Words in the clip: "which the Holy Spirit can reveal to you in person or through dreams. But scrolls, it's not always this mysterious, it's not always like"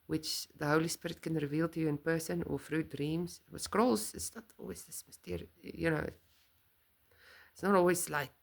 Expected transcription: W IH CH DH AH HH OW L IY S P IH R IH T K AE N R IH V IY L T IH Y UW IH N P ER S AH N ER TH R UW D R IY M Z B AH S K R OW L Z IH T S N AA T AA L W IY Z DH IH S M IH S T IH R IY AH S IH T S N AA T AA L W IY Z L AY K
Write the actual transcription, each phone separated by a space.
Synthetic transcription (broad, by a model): W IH CH DH AH HH OW L IY S P IH R IH T K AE N R IH V IY L T IH Y UW IH N P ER S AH N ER F R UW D R IY M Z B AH S K R OW L Z IH T S N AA T AA L W IY Z DH IH S M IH S T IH R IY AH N IH T S N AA T AA L W IY Z L AY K